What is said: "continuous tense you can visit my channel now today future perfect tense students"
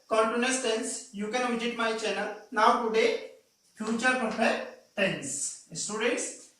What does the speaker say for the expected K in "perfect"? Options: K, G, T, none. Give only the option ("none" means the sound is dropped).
none